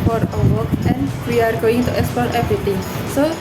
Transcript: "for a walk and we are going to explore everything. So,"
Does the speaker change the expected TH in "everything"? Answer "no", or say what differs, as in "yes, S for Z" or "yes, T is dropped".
yes, T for TH